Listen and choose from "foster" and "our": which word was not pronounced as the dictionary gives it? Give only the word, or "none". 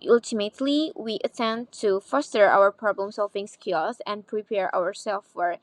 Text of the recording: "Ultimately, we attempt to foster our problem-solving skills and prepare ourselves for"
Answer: none